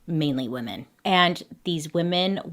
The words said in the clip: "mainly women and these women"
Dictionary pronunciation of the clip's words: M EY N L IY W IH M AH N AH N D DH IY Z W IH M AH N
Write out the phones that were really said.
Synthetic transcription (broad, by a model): M EY N L IY W IH M AH N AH N DH IY Z W IH M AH N